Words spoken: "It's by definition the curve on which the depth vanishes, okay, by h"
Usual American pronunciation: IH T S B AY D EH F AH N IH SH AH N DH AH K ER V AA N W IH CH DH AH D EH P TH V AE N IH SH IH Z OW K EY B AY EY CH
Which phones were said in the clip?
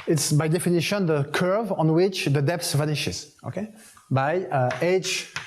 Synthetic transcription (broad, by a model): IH T S B AY D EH F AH N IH SH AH N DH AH K ER V AA N W IH CH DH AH D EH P S V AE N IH SH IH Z OW K EY B AY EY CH